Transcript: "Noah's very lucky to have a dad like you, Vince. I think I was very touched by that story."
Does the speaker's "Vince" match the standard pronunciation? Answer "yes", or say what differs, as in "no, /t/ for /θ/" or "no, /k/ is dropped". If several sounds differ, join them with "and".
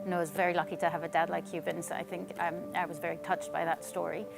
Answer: no, /b/ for /v/